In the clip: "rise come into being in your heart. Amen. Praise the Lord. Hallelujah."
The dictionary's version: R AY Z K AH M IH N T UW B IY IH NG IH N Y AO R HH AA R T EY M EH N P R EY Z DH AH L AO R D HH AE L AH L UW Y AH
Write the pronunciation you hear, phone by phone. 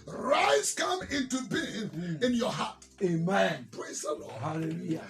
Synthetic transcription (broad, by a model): R AY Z K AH M IH N T UW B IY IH IH N Y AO HH AA T EY M EH N P R EY Z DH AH L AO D HH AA L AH L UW Y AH